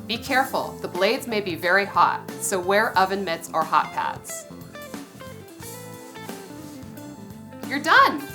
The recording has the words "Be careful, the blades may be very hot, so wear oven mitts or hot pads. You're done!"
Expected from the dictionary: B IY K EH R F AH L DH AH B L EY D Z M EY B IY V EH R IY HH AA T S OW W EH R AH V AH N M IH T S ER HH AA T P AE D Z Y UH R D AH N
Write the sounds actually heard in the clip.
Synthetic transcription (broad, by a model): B IY K EH R F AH L DH AH B L EY D Z M EY B IY V EH R IY HH AA T S OW W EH R AH V AH N M IH T S ER HH AA T P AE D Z Y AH R D AH N